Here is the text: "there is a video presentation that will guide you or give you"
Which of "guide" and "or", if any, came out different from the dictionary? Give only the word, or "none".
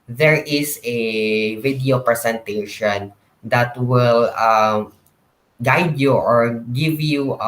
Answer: none